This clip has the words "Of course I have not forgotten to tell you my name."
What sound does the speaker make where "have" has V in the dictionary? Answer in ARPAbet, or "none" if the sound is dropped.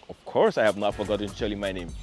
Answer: V